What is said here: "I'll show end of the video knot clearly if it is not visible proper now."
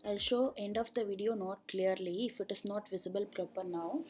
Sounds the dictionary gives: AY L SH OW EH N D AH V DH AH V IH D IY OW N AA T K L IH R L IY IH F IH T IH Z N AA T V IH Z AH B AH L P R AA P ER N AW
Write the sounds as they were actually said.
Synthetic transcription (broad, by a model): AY L SH OW EH N D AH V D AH V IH D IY OW N AA T K L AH R L IY IH F IH T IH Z N AA T V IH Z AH B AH L P R AA P ER N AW